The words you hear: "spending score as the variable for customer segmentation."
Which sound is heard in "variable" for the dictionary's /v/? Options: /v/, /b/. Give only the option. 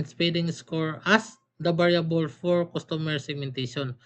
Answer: /b/